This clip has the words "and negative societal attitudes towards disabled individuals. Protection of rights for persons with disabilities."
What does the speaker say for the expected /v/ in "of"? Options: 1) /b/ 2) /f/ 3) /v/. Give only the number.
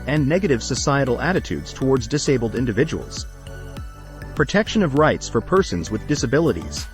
3